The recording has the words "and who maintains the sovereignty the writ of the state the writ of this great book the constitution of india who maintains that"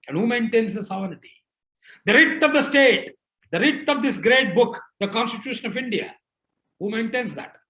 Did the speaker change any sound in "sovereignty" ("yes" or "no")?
yes